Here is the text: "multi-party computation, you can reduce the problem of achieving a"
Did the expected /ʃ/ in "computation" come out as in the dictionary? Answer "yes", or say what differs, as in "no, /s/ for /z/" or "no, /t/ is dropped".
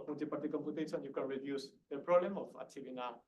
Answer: no, /s/ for /ʃ/